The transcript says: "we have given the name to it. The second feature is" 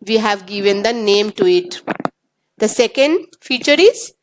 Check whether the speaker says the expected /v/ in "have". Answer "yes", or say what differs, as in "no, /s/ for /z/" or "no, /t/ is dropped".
yes